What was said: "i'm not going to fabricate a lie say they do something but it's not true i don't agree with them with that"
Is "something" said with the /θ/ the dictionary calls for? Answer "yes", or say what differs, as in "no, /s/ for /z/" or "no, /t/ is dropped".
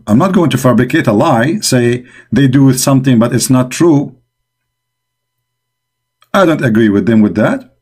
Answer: yes